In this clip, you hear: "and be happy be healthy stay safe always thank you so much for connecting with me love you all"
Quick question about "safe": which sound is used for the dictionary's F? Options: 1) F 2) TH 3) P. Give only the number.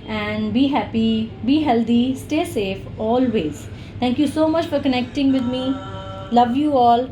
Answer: 1